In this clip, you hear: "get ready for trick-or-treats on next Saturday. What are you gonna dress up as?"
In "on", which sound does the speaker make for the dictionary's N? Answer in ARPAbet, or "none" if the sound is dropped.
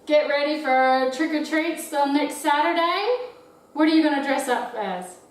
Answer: L